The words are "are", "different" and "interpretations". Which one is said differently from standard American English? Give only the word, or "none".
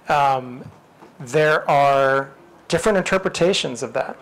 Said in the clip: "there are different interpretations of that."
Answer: none